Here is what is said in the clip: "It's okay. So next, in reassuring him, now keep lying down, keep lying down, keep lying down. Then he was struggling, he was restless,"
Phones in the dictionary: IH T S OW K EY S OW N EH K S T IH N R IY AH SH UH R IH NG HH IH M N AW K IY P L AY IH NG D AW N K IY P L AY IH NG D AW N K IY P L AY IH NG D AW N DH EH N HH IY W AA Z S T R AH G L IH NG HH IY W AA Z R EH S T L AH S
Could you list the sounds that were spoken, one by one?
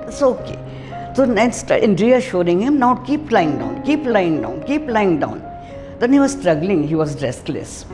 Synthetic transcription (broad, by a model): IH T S OW K EY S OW N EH S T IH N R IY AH SH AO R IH NG HH IH M N AW K IY P L AY IH NG D AW N K IY P L AY IH NG D AW N K IY P L AY IH NG D AW N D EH N HH IY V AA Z S T R AH G L IH NG HH IY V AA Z R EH S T L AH S